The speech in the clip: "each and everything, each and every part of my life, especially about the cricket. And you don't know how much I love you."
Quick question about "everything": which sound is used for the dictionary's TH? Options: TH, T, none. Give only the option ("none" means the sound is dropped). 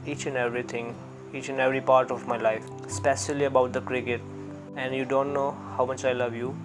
T